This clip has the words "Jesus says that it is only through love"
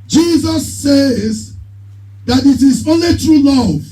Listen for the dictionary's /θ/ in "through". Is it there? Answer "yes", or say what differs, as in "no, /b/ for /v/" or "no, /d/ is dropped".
no, /t/ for /θ/